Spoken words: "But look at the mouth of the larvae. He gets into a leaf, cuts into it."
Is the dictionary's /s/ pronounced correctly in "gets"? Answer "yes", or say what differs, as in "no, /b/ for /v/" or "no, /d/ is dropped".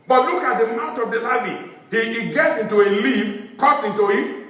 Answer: yes